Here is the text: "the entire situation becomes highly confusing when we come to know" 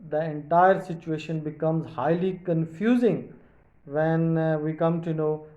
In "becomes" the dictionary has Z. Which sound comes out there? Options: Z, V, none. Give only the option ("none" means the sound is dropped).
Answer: Z